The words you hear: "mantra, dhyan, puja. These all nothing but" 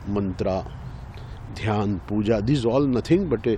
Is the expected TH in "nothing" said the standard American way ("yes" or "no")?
no